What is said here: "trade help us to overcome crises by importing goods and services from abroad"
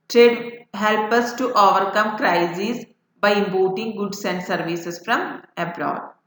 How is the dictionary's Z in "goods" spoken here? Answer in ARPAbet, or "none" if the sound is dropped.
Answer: S